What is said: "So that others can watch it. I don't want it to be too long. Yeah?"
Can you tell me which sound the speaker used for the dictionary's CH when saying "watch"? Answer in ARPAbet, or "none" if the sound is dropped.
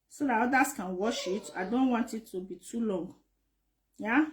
SH